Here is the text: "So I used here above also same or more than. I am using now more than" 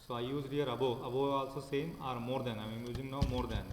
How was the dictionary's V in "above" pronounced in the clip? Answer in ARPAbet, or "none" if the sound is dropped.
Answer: B